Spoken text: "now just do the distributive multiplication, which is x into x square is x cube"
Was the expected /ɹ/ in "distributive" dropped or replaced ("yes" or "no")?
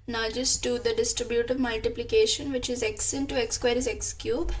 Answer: no